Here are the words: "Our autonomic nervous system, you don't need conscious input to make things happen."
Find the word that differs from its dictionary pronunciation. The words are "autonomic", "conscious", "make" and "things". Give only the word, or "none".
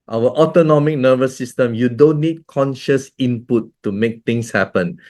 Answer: things